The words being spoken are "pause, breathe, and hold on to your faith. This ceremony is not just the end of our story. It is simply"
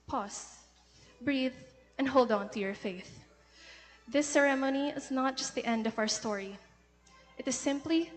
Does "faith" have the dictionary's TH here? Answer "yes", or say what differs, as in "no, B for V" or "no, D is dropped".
yes